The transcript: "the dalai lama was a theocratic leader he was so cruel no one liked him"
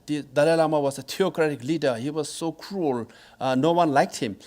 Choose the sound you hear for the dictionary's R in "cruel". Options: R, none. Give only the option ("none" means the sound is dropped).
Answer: R